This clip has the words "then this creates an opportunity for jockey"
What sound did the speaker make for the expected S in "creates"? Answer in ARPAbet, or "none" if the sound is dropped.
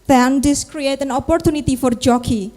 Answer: none